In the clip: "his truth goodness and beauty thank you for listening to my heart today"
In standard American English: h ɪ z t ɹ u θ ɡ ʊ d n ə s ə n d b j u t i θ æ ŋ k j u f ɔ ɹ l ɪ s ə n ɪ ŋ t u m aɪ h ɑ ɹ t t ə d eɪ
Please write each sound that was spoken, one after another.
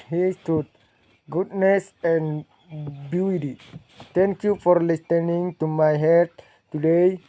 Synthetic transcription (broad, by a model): h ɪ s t u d ɡ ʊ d n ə s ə n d b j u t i t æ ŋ k j u f ɔ ɹ l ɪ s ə n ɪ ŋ t u m aɪ h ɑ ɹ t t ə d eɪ